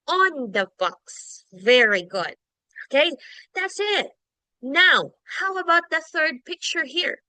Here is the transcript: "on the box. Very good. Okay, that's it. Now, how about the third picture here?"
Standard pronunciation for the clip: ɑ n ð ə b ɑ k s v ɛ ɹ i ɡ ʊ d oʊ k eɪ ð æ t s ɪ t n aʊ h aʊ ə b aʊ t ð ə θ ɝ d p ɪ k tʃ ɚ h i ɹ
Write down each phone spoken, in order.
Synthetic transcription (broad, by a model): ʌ n ð ə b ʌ k s v ɛ ɹ i ɡ ʊ d oʊ k eɪ ð æ t s ɪ t n aʊ h aʊ ə b aʊ t ð ə θ ɝ d p ɪ k tʃ ɚ h i ɹ